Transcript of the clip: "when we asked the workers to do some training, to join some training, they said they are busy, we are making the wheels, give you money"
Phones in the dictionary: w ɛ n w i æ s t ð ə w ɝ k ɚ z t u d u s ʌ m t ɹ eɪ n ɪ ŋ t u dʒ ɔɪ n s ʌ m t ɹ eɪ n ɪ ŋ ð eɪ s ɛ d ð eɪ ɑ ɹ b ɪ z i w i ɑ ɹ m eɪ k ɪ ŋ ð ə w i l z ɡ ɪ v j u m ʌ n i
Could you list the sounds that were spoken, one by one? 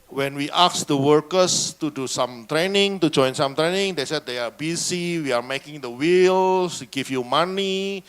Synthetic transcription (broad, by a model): w ɛ n w i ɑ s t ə w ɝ k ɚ s t u d u s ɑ m t ɹ eɪ n ɪ ŋ t u dʒ ɔɪ n s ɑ m t ɹ eɪ n ɪ ŋ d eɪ s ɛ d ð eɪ ɑ ɹ b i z i w i ɑ ɹ m eɪ k ɪ ŋ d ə w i l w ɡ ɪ f j u m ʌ n i